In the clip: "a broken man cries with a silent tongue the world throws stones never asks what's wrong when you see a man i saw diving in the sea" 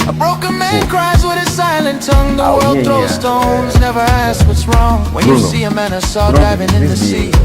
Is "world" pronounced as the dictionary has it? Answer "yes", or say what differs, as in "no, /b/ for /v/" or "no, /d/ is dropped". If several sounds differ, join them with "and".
yes